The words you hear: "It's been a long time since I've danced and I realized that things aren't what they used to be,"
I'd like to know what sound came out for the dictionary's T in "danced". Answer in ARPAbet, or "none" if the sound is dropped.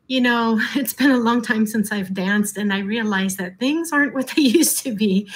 T